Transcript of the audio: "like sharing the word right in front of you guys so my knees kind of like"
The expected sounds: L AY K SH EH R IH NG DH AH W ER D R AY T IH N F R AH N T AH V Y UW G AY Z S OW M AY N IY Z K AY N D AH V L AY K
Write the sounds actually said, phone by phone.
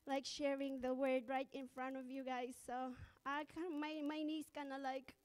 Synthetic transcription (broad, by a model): L AY K SH EH R IH NG DH AH W ER D R AY T IH N F R AH N T AH V Y UW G AY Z S OW M AY N IY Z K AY N AH L AY K